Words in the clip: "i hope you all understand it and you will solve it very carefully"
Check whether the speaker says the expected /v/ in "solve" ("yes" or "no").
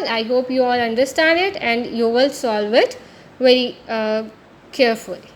yes